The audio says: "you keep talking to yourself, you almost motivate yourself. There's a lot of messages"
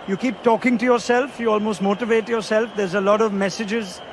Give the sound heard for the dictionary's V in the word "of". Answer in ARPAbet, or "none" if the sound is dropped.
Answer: V